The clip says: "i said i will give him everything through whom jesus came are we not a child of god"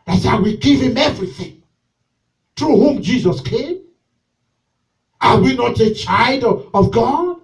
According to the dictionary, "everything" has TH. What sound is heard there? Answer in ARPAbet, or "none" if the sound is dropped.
TH